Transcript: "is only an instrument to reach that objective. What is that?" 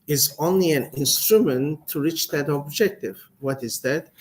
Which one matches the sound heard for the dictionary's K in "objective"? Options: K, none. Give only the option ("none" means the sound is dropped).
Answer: K